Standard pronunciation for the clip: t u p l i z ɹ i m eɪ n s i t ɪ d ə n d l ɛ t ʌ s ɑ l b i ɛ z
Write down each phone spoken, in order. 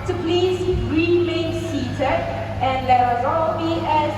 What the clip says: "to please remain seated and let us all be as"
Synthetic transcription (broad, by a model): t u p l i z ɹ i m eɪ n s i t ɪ ə n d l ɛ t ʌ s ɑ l b i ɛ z